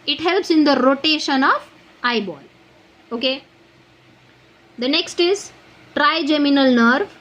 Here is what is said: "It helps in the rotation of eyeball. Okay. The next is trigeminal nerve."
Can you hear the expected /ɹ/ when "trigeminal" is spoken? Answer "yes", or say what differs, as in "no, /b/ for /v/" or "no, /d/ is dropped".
yes